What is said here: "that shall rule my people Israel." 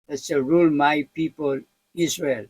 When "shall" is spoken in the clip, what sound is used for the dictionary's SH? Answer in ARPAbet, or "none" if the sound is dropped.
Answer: S